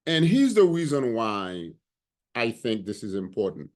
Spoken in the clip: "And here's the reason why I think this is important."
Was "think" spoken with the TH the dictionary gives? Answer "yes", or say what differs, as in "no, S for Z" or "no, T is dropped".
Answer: yes